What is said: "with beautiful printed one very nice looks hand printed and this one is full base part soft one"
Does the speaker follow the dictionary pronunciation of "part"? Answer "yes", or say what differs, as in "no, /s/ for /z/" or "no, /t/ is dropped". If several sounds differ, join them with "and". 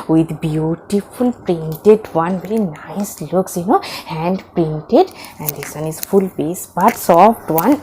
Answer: no, /b/ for /p/